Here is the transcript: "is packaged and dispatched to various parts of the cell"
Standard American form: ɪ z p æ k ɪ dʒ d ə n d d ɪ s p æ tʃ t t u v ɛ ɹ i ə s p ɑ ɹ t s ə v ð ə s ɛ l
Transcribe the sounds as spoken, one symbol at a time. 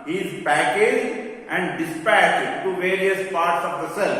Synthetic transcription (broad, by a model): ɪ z p æ k ɪ dʒ d ə n d d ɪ s p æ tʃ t t u v ɛ ɹ i ə s p ɑ ɹ t s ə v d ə s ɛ l